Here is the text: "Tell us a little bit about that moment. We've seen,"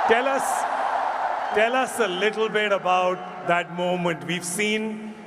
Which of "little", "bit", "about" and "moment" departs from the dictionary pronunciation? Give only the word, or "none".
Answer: little